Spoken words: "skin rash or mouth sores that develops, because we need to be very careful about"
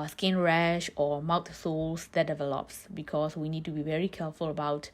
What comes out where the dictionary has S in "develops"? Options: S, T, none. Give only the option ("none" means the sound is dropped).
S